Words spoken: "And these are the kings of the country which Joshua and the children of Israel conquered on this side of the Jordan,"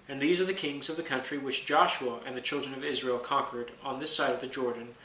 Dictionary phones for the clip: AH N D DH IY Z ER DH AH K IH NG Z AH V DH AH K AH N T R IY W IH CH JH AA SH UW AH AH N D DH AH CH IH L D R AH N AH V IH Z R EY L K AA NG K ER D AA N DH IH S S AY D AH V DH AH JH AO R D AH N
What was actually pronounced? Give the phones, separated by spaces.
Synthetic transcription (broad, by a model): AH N DH IY Z ER DH AH K IH NG Z AH V DH AH K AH N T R IY W IH CH JH AA SH UW AH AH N DH AH CH IH L D R AH N AH V IH Z R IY L K AA NG K ER D N DH IH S S AY D AH V DH AH JH AO R D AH N